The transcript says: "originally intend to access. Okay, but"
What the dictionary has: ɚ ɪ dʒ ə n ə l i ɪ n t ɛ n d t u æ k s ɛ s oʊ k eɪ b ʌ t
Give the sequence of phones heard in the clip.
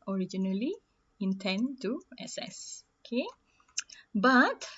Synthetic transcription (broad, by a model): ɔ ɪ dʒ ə n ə l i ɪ n t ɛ n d t u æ s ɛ s oʊ k eɪ b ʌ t